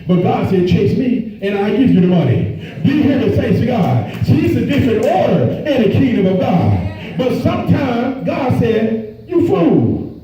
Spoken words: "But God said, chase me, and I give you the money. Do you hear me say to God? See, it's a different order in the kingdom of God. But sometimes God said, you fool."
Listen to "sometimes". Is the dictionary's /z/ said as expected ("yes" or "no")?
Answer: yes